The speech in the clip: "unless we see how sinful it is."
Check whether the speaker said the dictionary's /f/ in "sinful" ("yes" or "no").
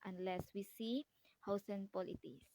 no